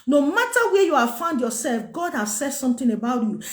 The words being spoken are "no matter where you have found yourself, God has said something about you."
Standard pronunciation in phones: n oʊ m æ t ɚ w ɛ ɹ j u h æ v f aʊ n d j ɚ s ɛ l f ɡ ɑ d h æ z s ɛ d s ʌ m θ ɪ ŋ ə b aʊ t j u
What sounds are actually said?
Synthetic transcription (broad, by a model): n oʊ m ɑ t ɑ w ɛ j u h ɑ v f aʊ n d j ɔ s ɛ l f ɡ ɑ d h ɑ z s ɛ d s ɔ m t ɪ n ə b aʊ t j u